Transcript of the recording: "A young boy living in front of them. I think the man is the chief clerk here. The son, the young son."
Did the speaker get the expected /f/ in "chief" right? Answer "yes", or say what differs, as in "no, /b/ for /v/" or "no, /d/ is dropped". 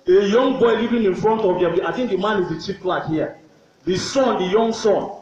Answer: no, /p/ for /f/